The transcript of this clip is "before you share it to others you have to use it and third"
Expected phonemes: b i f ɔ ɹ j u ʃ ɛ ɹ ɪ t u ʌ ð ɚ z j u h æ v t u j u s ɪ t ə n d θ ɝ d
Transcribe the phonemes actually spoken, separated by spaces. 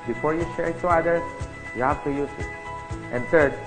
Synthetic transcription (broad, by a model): b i f ɔ ɹ j u ʃ ɛ ɹ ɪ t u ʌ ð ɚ j u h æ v t u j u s ɪ t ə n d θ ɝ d